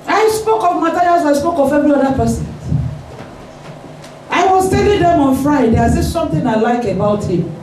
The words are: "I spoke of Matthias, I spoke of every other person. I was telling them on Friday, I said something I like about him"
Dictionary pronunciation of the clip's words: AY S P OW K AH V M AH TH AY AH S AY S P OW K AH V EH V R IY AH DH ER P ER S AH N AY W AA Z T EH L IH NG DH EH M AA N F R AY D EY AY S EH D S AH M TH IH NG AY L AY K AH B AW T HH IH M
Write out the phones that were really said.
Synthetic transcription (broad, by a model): AY S P OW K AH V M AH T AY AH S AY S P OW K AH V EH V R IY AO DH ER P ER S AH N AY W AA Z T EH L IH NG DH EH M AA N F R AY D EY AY S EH S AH M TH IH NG AY L AY K AH B AW T HH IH M